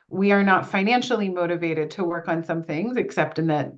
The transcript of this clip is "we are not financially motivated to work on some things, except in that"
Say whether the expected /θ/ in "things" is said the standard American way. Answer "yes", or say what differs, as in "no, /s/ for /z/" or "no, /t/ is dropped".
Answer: yes